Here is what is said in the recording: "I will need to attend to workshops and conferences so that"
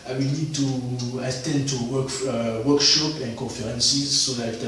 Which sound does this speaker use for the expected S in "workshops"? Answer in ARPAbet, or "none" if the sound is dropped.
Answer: none